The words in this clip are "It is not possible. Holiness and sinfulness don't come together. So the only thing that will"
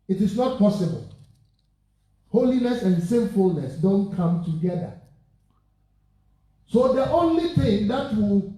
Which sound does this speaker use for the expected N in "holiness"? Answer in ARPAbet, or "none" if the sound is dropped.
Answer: N